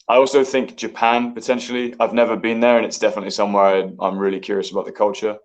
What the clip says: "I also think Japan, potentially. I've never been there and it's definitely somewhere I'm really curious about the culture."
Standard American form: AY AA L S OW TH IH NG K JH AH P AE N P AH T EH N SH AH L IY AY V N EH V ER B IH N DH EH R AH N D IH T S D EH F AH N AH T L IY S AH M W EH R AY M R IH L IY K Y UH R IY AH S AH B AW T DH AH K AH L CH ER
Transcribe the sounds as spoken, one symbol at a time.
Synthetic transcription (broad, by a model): AY AA L S OW TH IH NG K JH AH P AE N P AH T EH N SH AH L IY AY V N EH V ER B IH N DH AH R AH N IH T S D EH F AH N AH T L IY S AH M W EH R AY M R IH L IY K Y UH R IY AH S AH B AW T DH AH K AH L CH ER